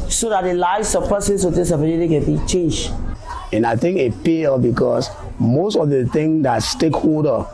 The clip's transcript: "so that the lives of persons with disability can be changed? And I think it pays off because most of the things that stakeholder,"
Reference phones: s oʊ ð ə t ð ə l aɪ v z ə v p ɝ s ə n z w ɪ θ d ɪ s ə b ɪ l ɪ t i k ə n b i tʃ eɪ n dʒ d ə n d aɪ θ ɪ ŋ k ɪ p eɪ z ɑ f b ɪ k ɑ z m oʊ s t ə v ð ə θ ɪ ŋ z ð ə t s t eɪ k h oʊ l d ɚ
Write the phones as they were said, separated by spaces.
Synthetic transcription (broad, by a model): s oʊ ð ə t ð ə l aɪ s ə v p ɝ s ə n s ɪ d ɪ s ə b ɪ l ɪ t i k ə n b i tʃ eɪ n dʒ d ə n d aɪ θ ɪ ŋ k ɪ p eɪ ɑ b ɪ k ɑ s m oʊ s t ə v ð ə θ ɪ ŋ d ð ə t s t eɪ k h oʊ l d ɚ